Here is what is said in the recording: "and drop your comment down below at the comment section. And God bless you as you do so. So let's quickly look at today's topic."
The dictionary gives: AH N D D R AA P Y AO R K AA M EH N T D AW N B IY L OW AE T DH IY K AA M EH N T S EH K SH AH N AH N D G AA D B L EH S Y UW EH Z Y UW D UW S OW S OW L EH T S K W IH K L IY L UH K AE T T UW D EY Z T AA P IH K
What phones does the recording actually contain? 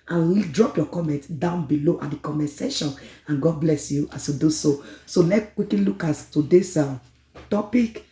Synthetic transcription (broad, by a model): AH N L D R AA P Y AO K AA M EH N T D AW N B IY L OW T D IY K AA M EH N S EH SH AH N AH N G AA D B L EH S Y UW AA S Y UW D UW S OW S OW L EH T K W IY K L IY L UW K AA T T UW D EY S T AA P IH K